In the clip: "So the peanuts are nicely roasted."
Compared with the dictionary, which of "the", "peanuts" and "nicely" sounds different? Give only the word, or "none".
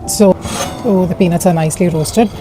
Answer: peanuts